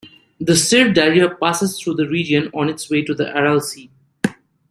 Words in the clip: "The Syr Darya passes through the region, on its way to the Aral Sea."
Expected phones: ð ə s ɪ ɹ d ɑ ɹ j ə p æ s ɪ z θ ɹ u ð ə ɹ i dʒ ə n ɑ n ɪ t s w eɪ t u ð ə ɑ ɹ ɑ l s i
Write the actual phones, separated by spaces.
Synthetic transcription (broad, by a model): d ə s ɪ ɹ d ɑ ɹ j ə p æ s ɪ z t ɹ u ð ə ɹ i dʒ ə n ɑ n ɪ t s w eɪ t u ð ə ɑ ɹ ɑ l s i